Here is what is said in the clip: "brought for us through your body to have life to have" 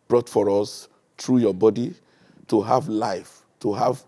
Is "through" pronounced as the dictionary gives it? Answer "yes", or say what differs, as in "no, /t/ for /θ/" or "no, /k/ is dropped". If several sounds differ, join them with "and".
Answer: no, /t/ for /θ/